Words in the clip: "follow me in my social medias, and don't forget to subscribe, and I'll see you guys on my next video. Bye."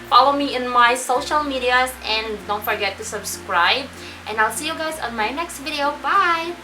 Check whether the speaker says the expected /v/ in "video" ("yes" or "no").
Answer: yes